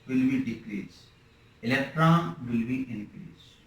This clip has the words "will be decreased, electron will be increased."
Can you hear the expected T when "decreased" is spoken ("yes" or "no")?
no